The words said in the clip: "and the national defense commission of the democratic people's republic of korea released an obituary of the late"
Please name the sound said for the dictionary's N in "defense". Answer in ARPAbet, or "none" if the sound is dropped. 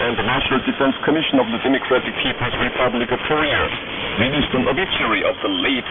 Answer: N